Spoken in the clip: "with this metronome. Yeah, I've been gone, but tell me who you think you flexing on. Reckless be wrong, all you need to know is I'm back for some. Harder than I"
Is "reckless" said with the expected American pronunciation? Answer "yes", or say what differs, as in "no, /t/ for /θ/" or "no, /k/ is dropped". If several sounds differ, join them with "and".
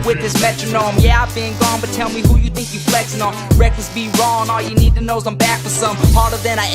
no, /l/ is dropped